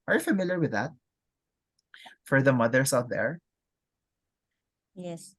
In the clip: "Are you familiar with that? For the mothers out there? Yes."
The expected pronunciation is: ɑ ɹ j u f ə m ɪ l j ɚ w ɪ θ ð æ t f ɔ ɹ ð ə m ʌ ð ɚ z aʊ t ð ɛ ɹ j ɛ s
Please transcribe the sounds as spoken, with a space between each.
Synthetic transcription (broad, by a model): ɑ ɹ j u f ə m ɪ l j ɚ w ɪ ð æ t f ɔ ɹ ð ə m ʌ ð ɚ s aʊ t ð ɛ ɹ j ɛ s